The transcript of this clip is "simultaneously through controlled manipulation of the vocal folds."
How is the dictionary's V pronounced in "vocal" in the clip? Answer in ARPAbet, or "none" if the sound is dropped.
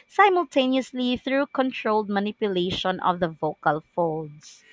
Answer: V